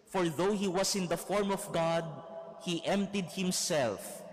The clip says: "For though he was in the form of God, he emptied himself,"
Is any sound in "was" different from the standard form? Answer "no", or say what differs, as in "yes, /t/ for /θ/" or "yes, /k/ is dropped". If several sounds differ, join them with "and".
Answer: yes, /s/ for /z/